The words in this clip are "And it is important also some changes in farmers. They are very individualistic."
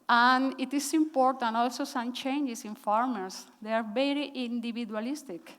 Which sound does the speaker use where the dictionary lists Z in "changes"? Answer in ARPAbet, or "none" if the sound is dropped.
S